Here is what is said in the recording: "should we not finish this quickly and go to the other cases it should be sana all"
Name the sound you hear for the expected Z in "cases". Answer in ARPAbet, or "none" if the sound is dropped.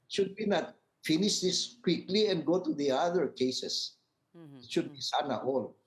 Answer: S